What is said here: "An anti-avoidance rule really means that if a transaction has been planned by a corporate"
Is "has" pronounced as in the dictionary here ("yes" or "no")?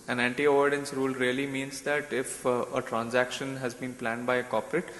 yes